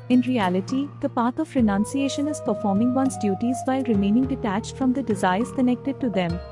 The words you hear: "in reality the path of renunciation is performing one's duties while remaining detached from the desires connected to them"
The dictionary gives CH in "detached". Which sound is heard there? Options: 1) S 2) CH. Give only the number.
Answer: 2